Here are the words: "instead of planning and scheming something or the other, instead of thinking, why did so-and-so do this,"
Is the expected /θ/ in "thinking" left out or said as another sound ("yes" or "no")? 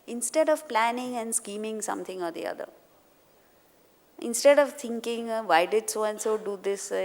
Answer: yes